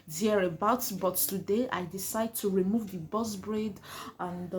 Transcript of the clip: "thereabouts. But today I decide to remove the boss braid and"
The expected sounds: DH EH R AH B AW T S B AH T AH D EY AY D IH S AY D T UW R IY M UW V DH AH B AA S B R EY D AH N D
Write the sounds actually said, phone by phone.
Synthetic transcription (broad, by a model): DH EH R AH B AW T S B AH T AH D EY AY D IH S AY D T UW R IY M UW V DH AH B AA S B R EY D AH N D